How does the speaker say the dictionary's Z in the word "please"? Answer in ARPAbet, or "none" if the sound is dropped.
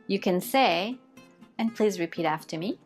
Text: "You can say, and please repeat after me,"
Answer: Z